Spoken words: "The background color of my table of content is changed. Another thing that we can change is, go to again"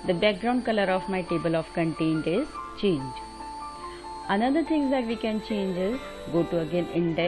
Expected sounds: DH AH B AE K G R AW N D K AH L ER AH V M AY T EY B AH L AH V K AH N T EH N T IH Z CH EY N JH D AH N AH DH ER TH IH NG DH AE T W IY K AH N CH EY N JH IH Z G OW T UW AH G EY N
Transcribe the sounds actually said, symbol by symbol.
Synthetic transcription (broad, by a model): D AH B AE K G R AW N D K AH L ER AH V M AY T EY B AH L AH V K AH N T EH N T IH Z CH EY N JH AH N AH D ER T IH NG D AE T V IY K AH N CH EY N JH IH Z G OW T UW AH G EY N